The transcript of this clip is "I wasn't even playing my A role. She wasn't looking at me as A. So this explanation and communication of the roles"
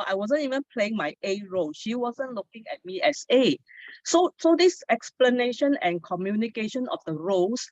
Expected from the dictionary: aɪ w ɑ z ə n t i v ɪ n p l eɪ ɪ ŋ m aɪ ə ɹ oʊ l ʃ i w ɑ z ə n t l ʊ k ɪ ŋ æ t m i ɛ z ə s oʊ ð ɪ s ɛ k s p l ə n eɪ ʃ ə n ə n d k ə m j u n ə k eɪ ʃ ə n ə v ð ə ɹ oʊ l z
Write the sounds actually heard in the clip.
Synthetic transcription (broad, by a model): aɪ w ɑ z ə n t i v ɪ n p l eɪ ɪ ŋ m aɪ ə ɹ oʊ l ʃ i w ɑ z ə n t l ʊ k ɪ ŋ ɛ t m i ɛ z ə s oʊ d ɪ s ɛ k s p l ə n eɪ ʃ ə n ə n k ə m j u n ə k eɪ ʃ ə n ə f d ə ɹ oʊ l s